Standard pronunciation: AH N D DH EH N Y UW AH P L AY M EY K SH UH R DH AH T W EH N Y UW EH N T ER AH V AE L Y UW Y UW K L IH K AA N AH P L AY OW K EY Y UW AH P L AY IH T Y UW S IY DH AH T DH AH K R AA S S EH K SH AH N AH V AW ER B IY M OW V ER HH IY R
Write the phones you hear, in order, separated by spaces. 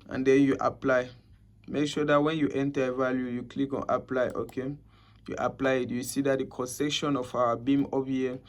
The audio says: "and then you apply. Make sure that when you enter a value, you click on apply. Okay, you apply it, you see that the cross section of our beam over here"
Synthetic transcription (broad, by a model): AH N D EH N Y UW AH P L AY M EY K SH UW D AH T W EH N Y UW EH N T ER AH V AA L Y UW Y UW K L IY K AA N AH P L AY OW K EY Y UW AH P L AY IH T Y UW S IY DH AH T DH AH K AA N S EH K SH AH N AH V AW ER B IY M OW P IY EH